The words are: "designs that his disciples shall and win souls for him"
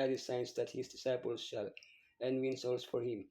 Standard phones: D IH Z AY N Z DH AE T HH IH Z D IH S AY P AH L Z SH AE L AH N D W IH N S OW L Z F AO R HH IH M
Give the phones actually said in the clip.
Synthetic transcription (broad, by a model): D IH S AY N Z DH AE T HH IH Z D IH S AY P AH L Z SH AE L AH N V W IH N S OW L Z F AO R HH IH M